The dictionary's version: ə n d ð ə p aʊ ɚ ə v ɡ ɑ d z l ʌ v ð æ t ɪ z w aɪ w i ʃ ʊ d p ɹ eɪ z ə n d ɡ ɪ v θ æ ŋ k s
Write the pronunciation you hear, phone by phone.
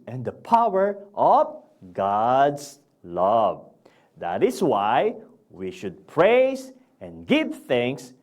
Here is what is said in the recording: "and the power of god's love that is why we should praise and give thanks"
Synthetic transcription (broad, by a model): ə n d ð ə p aʊ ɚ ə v ɡ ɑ d s l ʌ v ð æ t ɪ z w aɪ w i ʃ ʊ d p ɹ eɪ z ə n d ɡ ɪ v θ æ ŋ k s